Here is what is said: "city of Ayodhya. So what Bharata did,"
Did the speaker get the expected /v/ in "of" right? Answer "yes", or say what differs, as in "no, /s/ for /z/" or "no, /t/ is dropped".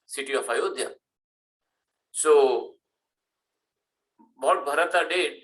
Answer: no, /f/ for /v/